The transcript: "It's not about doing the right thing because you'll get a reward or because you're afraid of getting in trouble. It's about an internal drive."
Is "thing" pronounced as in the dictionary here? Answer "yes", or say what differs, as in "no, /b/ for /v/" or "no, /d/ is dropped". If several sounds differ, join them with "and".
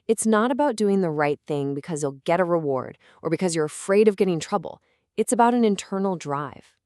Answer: yes